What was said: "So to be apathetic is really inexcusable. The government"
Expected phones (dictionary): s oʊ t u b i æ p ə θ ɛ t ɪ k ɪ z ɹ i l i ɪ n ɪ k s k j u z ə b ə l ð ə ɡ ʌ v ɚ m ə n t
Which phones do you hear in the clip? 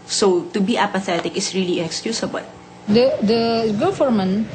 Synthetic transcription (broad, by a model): s oʊ t u b i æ p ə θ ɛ t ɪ k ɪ s ɹ i l i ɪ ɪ k s k j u s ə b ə l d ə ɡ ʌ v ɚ m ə n